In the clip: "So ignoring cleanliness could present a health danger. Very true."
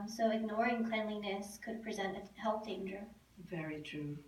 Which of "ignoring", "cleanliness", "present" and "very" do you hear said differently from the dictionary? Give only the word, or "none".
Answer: none